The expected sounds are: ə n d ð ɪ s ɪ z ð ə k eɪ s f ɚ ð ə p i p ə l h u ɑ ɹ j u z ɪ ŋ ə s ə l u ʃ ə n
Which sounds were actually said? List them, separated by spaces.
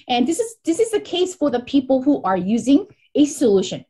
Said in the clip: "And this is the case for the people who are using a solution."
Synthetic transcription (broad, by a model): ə n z ð ɪ s ɪ z ð ə k eɪ s f ɚ ð ə p i p ə l h u ɑ ɹ j u z ɪ ŋ ə s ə l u ʃ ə n